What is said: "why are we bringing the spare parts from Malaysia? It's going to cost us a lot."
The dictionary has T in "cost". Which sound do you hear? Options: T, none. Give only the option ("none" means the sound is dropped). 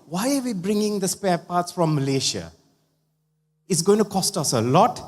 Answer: T